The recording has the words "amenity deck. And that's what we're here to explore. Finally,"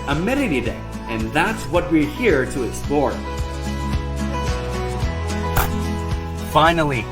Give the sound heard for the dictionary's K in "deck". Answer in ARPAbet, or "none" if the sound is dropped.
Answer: none